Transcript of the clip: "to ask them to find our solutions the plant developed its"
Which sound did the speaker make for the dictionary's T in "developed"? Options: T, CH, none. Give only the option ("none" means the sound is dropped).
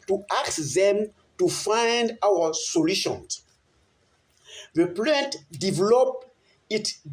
none